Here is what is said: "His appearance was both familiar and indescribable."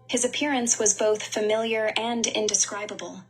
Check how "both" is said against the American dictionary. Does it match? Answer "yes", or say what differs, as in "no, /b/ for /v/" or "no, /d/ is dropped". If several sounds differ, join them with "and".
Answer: yes